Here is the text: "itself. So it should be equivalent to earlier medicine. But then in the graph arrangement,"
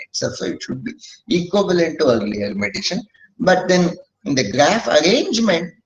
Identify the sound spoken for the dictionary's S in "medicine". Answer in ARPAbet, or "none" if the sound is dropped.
SH